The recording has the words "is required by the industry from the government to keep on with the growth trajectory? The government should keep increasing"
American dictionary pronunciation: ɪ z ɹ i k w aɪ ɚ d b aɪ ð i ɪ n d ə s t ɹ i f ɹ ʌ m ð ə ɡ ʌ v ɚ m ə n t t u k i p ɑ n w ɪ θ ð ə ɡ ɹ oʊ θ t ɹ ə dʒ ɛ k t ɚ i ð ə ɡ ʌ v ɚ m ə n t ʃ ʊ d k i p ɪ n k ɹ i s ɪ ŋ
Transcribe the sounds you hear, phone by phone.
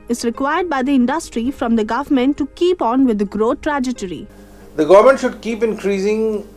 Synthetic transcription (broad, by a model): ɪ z ɹ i k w aɪ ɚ d b aɪ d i ɪ n d ə s t ɹ i f ɹ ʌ m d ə ɡ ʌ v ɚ m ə n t t u k i p ɑ n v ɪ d ɡ ɹ oʊ t t ɹ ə dʒ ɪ t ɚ i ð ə ɡ ʌ v ɚ m ə n t ʃ ʊ d k i p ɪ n k ɹ i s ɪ ŋ